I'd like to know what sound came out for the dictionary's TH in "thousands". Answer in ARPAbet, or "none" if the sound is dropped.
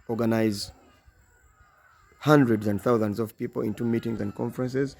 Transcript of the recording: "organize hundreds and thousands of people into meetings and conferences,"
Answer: TH